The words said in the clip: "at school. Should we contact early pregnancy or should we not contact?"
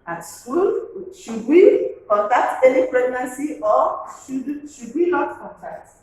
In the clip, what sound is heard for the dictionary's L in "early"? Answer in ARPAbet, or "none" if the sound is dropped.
N